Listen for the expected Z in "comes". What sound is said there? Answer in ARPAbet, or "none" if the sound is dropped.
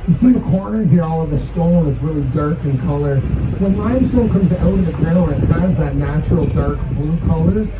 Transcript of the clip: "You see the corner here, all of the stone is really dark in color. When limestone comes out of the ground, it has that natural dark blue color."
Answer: Z